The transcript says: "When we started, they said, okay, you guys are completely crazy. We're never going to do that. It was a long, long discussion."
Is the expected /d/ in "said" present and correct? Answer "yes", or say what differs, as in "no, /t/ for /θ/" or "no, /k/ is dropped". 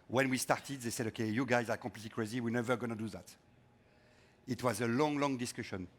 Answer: yes